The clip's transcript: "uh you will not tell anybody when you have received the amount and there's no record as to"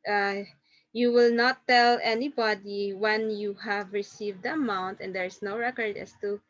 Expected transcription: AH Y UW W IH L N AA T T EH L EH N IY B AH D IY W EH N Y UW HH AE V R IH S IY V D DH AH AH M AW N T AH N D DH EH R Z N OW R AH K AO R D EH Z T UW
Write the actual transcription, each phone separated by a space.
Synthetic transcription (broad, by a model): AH Y UW W IH L N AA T T EH L EH N IY B AH D IY W EH N Y UW HH AE V R IH S IY V D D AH AH M AW N T AH N D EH R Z N OW R AH K AO R D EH S T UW